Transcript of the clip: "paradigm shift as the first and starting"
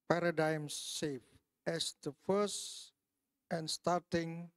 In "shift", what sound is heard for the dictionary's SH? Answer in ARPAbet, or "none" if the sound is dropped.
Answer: S